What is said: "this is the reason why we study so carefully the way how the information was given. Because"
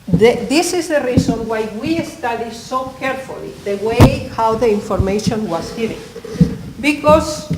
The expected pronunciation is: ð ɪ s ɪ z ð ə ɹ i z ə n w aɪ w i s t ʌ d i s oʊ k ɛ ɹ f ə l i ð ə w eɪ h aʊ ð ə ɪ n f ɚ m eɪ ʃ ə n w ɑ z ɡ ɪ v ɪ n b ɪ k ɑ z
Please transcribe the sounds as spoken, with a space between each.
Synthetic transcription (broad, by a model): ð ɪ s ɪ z ð ə ɹ i s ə n w aɪ w i s t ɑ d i s oʊ k ɛ ɹ f ə l i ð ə w eɪ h aʊ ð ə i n f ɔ m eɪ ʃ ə n w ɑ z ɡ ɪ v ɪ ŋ b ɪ k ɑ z